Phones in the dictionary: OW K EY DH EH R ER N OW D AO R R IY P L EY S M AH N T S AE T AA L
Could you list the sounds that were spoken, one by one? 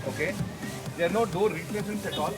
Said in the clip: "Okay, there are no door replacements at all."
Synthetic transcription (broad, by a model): OW K EY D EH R N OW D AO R R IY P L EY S AH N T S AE T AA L